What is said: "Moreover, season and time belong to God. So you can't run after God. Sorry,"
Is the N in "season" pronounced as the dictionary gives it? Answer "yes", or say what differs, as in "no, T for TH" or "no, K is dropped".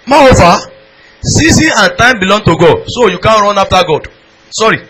no, N is dropped